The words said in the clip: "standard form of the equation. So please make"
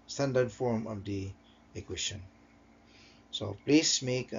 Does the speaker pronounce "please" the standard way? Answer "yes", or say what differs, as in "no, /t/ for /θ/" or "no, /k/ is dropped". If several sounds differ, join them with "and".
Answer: no, /s/ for /z/